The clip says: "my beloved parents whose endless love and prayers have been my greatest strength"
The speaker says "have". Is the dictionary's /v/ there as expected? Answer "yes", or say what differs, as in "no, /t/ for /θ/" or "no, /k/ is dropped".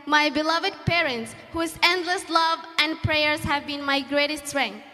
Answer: yes